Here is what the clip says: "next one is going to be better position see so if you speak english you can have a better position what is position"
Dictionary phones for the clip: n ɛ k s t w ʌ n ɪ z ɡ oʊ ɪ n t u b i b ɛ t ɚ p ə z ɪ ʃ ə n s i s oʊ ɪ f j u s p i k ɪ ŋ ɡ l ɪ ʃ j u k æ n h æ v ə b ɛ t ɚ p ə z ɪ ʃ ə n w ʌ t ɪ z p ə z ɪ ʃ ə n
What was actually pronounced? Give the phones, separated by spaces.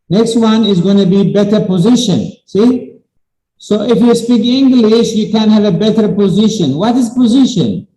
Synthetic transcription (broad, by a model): n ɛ k s t w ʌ n ɪ z ɡ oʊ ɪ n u b i b ɛ t ɚ p ə z ɪ ʃ ə n s i s oʊ ɪ f j u s p i k ɪ ŋ ɡ l ɪ ʃ j u k æ n h æ v ə b ɛ t ɚ p ə z ɪ ʃ ə n w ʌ t ɪ z p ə z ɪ ʃ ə n